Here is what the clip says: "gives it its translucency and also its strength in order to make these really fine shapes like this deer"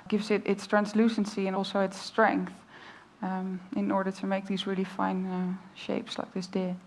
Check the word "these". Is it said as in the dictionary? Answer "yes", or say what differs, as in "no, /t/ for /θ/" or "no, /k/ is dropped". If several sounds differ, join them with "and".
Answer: yes